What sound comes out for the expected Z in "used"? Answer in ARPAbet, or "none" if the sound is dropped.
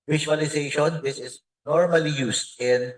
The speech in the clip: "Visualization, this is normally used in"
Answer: S